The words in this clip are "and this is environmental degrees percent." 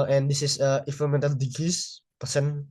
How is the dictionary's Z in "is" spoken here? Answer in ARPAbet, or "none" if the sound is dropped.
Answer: S